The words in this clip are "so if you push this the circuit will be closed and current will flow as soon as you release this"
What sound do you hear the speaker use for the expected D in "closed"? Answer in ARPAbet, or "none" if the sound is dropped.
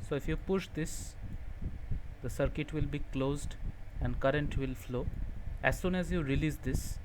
D